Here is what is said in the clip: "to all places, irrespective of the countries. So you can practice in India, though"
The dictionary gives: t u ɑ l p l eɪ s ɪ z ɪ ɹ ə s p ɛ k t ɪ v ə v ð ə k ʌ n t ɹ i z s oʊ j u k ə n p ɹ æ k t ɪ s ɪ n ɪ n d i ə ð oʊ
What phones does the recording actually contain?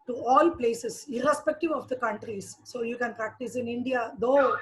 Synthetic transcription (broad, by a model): t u ɑ l p l eɪ s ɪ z ɪ ɹ ə s p ɛ k t ɪ v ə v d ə k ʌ n t ɹ i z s oʊ j u k ə n p ɹ æ k t ɪ s ɪ n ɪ n d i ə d oʊ